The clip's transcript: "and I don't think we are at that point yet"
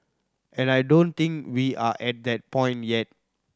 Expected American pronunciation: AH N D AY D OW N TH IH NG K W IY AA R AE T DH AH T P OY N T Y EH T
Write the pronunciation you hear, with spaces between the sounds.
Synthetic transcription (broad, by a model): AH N AY D OW N T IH NG K W IY AA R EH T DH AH T P OY N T Y EH T